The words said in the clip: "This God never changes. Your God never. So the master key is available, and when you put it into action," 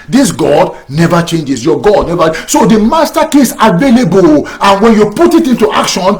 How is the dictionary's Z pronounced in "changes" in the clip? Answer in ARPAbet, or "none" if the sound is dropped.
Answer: S